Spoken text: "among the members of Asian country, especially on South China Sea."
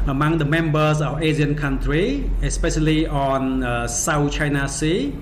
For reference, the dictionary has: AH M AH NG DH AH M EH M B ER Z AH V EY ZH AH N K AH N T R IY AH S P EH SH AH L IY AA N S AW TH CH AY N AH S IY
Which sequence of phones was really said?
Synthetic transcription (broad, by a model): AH M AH NG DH AH M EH M B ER S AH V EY Z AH N K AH N T R IY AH S P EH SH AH L IY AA N S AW T CH AY N AH S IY